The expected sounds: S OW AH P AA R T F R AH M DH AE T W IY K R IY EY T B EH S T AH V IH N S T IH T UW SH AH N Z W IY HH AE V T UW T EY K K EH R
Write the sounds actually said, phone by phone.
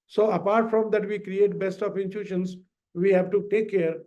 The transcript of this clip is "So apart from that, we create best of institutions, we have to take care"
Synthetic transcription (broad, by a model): S OW AH P AA R T F R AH M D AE T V IY K R IY EY T B EH S T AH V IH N T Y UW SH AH N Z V IY HH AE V T UW T EY K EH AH R